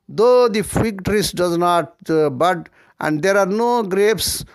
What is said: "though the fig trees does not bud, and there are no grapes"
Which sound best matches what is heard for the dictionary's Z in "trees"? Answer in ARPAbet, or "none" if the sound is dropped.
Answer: S